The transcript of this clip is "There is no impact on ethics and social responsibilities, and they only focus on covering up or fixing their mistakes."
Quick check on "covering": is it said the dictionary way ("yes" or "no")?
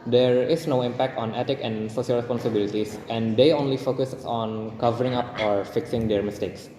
yes